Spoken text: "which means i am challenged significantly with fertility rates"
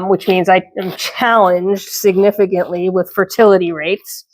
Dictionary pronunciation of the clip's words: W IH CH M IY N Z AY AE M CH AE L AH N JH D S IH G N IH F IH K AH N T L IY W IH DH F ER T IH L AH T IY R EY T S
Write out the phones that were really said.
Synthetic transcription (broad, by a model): W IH CH M IY N Z AY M CH AE L AH N JH D S IH G N IH F IH K AH N T L IY W IH DH F ER T IH L AH T IY R EY T S